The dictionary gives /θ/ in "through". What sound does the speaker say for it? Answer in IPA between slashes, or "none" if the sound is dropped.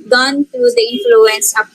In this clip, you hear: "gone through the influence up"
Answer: /t/